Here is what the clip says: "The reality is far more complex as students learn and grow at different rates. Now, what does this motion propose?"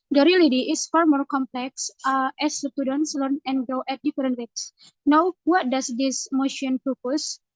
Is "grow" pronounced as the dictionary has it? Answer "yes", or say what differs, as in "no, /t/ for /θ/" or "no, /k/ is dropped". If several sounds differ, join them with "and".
no, /ɹ/ is dropped